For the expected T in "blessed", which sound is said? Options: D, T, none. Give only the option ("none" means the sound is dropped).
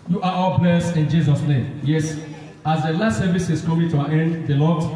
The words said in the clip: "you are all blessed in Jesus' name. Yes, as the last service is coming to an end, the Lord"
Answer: none